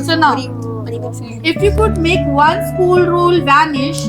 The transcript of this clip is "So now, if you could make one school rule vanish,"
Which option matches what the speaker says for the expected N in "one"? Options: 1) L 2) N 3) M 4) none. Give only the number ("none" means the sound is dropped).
1